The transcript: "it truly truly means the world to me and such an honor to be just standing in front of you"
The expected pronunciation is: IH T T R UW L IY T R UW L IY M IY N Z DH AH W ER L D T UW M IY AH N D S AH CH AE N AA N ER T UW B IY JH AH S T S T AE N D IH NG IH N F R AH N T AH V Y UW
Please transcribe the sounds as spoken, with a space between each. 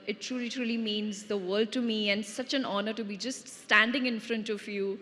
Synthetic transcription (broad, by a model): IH T T R UW L IY T R UW L IY M IY N Z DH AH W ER L D T UW M IY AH N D S AH CH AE N AA N ER T UW B IY JH AH S T S T AE N D IH NG IH N F R AH N T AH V Y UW